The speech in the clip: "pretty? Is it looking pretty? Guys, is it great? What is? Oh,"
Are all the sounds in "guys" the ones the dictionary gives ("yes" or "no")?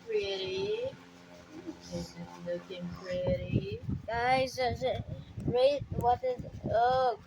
no